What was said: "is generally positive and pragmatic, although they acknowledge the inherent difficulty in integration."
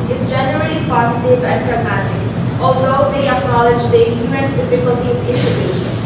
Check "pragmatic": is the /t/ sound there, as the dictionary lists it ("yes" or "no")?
no